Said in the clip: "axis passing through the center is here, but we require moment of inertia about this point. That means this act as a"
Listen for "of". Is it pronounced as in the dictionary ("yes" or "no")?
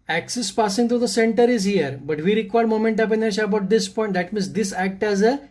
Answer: no